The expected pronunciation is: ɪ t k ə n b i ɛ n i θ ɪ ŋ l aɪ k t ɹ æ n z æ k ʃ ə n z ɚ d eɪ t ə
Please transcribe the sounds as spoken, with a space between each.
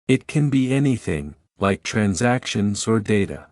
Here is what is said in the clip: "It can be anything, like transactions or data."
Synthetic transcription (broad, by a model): ɪ t k ə n b i ɛ n i θ ɪ ŋ l aɪ k t ɹ æ n z æ k ʃ ə n z ɚ d eɪ t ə